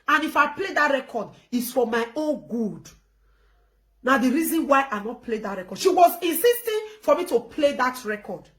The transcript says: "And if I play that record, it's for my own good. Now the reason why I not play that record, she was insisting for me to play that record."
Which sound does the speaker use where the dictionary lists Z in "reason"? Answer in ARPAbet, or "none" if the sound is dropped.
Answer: Z